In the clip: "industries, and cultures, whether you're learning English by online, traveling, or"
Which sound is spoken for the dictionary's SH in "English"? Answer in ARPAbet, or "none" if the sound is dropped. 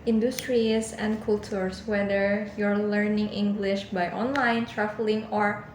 SH